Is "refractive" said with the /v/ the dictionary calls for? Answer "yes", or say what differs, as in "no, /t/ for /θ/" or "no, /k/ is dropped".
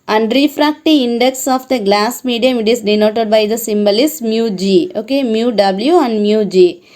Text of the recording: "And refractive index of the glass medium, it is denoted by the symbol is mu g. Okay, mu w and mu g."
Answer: no, /v/ is dropped